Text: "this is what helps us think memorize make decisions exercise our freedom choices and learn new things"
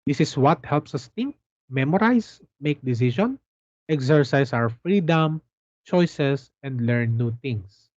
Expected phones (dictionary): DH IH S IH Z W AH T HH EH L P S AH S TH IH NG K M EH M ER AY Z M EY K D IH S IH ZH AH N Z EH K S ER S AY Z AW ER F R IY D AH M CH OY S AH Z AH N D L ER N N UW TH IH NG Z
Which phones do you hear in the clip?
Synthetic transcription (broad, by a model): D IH S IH S W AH T HH EH L P S AH S T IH NG K M EH M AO AY S M EY K D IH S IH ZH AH N EH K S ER S AY S AW ER F R IY D AH M CH OY S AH S AH N D L ER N N UW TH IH NG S